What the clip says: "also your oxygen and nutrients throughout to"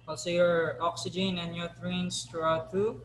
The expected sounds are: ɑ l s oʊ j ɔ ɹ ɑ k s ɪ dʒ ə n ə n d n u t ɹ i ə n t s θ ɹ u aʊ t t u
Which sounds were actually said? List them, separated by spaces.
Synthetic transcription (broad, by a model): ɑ l s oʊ j ɔ ɹ ɑ k s ɪ dʒ ə n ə n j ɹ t ɹ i n s t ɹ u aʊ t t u